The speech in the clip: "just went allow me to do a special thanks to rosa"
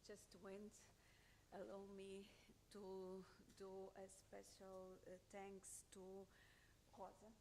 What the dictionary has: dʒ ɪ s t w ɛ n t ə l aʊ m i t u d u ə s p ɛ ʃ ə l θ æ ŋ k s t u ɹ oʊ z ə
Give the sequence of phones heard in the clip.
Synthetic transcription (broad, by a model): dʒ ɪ s t w ɛ n t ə l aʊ m i t u d u ə s p ɛ ʃ ə l t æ ŋ k s t u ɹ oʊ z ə